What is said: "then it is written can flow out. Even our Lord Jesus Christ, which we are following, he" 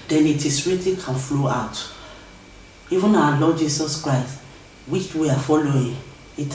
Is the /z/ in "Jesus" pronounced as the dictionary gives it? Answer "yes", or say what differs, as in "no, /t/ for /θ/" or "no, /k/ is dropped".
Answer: no, /s/ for /z/